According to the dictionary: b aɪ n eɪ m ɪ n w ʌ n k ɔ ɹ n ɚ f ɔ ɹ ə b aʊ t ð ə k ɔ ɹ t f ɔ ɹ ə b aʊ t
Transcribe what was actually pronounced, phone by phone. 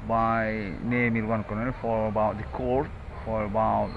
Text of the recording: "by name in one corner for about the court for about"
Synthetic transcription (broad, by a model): b aɪ n eɪ m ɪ l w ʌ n k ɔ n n f ɔ ɹ ə b aʊ t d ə k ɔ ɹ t f ɔ ɹ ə b aʊ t